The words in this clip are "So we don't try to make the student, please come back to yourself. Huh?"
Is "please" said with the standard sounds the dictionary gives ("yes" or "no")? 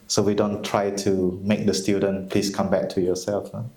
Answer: no